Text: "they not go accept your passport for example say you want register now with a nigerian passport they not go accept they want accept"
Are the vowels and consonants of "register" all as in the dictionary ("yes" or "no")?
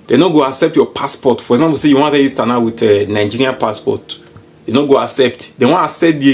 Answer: no